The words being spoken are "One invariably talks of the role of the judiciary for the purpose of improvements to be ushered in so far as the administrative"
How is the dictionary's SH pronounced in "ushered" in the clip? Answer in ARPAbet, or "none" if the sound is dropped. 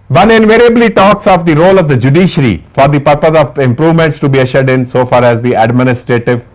SH